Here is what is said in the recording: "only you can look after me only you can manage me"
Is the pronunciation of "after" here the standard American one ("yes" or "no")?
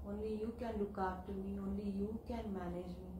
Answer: no